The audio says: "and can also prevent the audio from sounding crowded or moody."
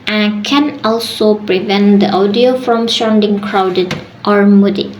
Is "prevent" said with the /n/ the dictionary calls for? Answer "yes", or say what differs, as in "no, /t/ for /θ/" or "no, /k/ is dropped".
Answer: yes